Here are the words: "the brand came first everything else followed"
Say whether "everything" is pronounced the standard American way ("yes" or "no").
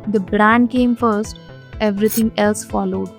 no